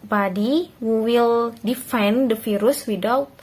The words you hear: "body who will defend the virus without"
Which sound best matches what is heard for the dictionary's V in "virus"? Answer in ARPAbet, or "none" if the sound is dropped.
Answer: F